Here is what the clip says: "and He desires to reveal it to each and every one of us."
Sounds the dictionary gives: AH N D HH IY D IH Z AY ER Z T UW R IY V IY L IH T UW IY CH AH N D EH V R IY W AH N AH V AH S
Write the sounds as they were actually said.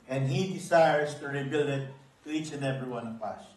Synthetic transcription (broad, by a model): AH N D HH IY D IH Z AY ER S T UW R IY B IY L IH T UW IY CH AH N D EH V R IY W AH N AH P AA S